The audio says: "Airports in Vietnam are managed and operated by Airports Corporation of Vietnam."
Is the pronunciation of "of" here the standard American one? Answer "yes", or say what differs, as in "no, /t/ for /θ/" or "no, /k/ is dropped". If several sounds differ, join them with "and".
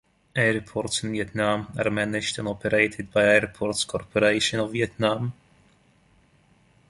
yes